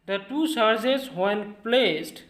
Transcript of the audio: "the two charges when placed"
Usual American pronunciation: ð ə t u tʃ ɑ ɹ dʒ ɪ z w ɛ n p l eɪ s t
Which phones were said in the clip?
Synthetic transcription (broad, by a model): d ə t u s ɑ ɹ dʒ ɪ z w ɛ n p l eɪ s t